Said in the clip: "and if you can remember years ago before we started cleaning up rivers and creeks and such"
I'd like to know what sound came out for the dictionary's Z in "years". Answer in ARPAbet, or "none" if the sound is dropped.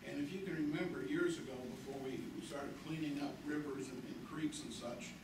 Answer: Z